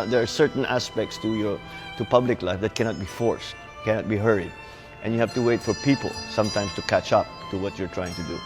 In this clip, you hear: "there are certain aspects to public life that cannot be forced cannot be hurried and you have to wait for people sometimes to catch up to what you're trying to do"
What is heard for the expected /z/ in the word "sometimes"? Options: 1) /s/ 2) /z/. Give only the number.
1